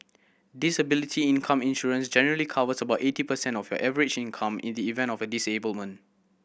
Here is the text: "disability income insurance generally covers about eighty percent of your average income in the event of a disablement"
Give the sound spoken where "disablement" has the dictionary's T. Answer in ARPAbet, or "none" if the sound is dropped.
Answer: none